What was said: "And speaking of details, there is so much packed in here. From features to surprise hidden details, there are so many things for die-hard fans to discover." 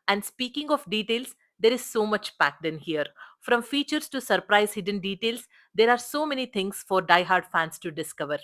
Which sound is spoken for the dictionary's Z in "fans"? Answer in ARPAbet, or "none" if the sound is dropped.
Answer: S